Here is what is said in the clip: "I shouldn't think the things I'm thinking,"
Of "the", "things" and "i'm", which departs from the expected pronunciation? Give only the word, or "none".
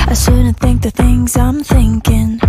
none